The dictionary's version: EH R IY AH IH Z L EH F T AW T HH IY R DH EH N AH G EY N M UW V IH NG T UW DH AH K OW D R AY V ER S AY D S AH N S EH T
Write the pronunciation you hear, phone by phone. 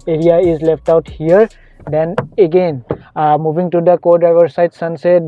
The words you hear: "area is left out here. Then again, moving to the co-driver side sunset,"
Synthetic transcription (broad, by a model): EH R IY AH IH Z L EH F T AW T HH IY R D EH N AH G EY N M UW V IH NG T UW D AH K OW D AY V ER S AY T S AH N S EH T